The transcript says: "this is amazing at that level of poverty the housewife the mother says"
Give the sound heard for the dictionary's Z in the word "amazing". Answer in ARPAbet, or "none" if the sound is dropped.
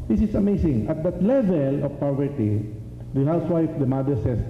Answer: S